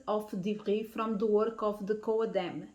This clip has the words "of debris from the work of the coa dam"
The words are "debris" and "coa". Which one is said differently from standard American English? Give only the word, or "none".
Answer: debris